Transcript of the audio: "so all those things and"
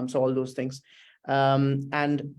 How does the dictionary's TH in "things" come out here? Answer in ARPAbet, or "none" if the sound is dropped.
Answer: T